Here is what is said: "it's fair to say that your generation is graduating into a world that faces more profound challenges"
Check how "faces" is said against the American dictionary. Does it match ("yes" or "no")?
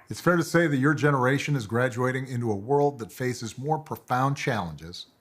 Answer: yes